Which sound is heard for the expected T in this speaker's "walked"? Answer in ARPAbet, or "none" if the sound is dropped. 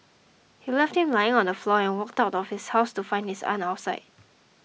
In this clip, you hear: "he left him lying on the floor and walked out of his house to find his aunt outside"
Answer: T